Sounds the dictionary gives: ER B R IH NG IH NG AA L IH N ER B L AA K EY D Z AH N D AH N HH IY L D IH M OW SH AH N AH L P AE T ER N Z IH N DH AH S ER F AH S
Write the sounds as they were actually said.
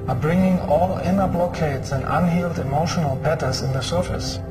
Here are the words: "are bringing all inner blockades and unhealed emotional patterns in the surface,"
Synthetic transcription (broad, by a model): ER B R IH NG IH NG AA L IH N ER B L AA K EY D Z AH N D AH N HH IY L D IH M OW SH AH N AH L B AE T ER Z IH N DH AH S ER F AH S